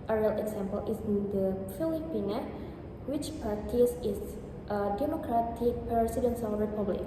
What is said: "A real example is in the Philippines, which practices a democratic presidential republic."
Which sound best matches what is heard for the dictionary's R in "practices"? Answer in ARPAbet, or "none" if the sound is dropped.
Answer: none